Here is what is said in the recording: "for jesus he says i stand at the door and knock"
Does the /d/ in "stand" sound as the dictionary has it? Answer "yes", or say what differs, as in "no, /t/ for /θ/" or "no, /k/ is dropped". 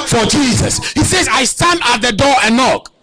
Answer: yes